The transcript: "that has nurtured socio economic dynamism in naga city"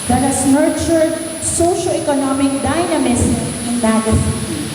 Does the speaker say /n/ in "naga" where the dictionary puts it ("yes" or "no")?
no